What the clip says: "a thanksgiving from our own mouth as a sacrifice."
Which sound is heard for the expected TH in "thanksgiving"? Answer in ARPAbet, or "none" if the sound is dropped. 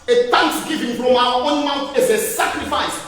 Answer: T